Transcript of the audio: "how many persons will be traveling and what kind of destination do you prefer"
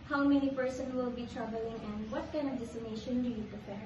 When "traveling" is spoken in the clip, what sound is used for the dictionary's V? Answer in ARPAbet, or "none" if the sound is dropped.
B